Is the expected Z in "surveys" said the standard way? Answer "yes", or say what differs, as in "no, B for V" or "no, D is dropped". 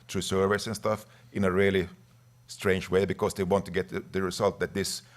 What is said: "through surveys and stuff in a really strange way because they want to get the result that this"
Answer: no, S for Z